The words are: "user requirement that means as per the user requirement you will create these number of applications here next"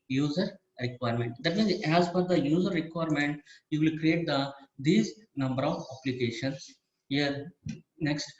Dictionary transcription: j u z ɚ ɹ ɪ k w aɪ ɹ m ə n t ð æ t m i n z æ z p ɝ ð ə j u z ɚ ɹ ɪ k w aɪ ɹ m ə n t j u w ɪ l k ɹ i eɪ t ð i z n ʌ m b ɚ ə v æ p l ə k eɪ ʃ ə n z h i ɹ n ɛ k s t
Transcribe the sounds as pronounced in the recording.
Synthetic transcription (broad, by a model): j u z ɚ ɹ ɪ k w aɪ ɹ m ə n t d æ t m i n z æ z f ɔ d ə j u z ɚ ɹ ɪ k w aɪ ɹ m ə n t j u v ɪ l k ɹ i eɪ t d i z n ʌ m b ɚ ə v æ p l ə k eɪ ʃ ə n s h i ɹ n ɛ k s t